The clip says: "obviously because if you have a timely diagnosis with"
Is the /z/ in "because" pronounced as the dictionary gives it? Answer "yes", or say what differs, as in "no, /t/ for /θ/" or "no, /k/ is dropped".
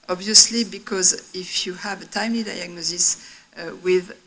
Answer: yes